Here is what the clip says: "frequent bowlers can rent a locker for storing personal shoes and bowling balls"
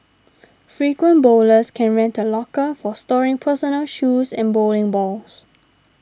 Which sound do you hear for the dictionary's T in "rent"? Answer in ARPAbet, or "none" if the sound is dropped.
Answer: T